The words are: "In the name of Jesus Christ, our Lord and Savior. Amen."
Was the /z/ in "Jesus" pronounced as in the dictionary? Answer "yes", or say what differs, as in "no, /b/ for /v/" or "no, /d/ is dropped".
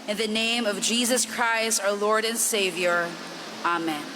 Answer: yes